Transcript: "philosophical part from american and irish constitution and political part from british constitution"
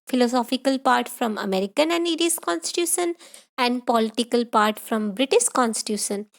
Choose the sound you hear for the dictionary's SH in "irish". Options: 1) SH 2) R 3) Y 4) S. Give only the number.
4